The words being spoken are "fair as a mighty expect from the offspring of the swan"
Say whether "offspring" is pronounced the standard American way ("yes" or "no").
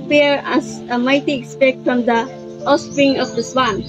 no